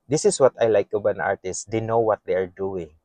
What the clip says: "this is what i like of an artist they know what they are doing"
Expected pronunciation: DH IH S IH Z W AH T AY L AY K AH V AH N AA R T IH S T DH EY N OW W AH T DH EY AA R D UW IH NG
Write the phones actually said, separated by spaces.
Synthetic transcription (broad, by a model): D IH S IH S W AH T AY L AY K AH B AH N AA R T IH S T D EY N OW W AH T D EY AA R D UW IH NG